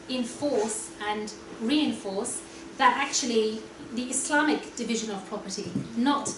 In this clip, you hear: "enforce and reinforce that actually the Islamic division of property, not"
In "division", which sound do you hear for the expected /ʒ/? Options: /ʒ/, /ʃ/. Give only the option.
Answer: /ʒ/